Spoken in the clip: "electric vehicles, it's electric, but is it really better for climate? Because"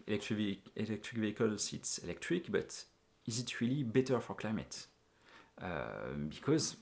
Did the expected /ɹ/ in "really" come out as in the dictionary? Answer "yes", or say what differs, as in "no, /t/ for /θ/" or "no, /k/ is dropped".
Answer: yes